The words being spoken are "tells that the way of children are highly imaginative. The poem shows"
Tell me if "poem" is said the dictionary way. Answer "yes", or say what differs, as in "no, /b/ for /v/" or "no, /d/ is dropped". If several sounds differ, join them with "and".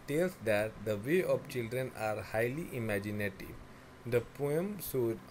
yes